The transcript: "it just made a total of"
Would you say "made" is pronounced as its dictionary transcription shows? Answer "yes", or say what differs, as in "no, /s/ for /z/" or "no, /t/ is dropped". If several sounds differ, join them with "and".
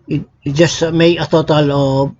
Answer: no, /d/ is dropped